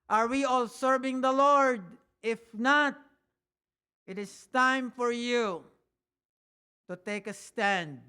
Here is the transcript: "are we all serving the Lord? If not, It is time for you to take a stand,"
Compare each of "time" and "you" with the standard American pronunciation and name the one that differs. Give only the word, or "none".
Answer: none